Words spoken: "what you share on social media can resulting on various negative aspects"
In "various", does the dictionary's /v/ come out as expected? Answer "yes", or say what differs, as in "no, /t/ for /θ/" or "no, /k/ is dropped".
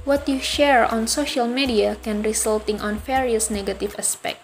no, /f/ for /v/